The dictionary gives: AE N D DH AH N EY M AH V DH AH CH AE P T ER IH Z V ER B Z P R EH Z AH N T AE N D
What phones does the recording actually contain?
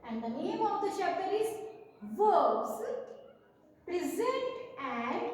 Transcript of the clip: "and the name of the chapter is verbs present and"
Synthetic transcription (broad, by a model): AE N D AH N EY M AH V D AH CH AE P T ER IH Z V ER Z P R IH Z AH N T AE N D